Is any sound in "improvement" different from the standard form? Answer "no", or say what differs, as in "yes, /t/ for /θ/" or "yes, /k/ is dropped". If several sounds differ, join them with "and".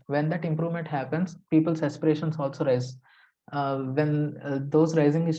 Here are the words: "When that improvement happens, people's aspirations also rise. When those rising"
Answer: no